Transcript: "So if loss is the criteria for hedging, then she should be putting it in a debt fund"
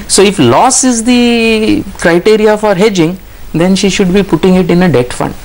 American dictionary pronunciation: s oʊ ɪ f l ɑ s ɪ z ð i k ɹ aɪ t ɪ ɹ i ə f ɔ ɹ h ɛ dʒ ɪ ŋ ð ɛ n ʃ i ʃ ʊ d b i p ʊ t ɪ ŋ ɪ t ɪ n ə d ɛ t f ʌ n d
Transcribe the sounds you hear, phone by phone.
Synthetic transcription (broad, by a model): s oʊ ɪ f l ɑ s ɪ z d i k ɹ aɪ t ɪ ɹ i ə f ɔ ɹ h ɛ dʒ ɪ ŋ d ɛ n ʃ i ʃ ʊ d b i p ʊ t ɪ ŋ ɪ t ɪ n ə d ɛ t f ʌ n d